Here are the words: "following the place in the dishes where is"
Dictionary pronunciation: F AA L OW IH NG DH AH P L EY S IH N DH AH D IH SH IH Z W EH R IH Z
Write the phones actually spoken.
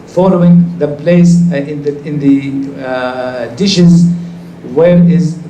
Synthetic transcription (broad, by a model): F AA L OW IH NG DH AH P L EY S IH N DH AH D IH SH IH Z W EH R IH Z